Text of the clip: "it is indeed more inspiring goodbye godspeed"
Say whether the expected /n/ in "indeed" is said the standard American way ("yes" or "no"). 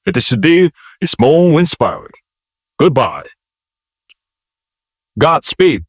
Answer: no